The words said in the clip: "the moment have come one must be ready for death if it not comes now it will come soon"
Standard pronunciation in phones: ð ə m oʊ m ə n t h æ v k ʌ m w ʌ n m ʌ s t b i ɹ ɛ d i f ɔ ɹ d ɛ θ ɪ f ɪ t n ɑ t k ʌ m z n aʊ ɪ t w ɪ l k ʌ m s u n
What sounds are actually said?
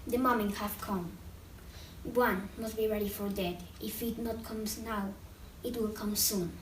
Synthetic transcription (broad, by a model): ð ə m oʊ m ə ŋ h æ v k ʌ m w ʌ n m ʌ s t b i ɹ ɛ d i f ɔ ɹ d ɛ t ɪ f ɪ t n ɑ t k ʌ m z n aʊ ɪ t w ɪ l k ʌ m s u n